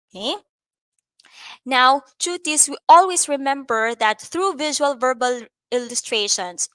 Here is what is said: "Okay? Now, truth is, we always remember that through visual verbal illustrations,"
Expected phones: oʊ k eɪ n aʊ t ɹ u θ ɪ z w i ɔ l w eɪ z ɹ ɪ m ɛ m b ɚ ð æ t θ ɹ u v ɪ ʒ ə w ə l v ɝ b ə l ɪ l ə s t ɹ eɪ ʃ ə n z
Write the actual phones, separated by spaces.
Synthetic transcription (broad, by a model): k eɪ n aʊ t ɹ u t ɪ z w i ɔ l w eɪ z ɹ ɪ m ɛ m b ɚ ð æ t θ ɹ u v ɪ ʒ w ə l v ɝ b ə l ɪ l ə s t ɹ eɪ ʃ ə n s